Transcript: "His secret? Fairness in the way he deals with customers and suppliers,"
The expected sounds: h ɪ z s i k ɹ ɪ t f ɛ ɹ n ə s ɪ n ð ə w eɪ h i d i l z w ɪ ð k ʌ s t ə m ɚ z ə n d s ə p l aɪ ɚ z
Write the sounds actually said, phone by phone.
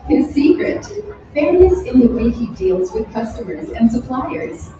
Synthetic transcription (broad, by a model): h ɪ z s i k ɹ ɪ t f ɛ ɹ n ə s ɪ n ð ə w eɪ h i d i l z w ɪ ð k ʌ s t ə m ɚ z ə n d s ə p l aɪ ɚ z